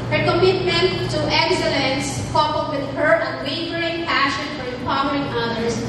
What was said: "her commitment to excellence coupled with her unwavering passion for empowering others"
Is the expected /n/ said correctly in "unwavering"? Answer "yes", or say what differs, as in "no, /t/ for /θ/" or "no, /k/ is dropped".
no, /n/ is dropped